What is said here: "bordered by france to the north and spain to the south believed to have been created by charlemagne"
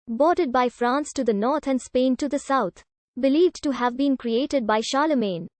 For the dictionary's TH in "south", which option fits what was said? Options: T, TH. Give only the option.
T